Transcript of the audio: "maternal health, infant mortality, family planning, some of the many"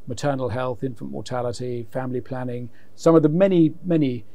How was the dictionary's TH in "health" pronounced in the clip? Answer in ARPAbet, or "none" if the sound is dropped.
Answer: TH